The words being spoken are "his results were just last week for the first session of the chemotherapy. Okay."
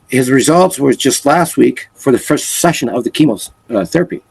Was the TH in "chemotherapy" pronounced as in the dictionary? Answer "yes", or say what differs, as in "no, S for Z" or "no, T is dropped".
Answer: yes